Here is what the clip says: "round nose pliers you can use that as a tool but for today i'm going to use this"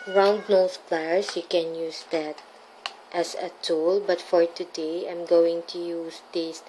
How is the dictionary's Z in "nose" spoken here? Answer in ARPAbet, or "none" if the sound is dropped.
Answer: S